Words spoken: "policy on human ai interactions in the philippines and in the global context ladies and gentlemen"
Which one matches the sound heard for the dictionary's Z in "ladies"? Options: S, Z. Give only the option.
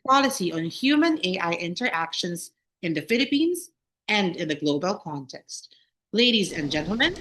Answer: Z